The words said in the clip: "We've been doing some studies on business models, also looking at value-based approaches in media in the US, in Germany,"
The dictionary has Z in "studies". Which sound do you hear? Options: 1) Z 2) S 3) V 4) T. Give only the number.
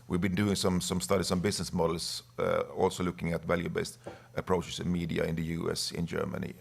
2